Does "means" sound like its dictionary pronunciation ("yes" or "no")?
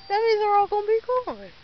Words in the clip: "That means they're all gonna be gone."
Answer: no